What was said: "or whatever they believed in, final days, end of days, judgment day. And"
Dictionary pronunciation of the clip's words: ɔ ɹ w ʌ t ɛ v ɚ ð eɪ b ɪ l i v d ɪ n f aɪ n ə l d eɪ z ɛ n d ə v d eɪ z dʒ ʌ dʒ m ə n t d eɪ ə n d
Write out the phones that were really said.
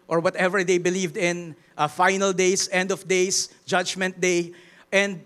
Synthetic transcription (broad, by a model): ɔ ɹ w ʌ t ɛ v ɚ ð eɪ b ɪ l i v d ɪ n f aɪ n ə l d eɪ s ɛ n d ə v d eɪ s dʒ ʌ dʒ m ə n t d eɪ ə n d